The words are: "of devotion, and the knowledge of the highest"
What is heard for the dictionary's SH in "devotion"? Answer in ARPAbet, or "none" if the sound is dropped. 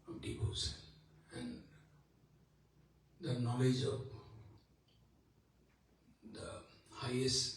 S